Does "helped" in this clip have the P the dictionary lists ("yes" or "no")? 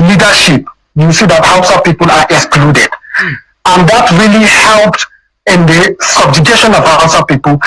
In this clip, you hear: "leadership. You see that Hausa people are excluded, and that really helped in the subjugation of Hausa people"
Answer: yes